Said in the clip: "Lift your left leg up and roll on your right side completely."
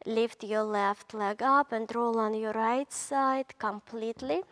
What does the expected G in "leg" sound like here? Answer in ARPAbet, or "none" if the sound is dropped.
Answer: G